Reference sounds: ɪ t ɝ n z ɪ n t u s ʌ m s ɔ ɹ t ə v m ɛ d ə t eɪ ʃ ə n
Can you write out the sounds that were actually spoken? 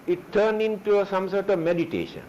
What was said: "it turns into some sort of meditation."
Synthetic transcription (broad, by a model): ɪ t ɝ n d ɪ n t u s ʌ m s ɔ ɹ t ə v m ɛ d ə t eɪ ʃ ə n